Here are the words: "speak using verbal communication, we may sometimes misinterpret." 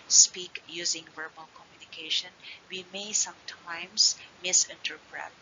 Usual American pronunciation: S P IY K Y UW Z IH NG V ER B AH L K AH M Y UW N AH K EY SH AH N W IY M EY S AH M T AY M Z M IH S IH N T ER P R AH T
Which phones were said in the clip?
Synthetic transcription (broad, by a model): S P IY K Y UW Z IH NG V ER B AH L K AH M Y UW N AH K EY SH AH N W IY M EY S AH M T AY M S M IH S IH N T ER P R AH T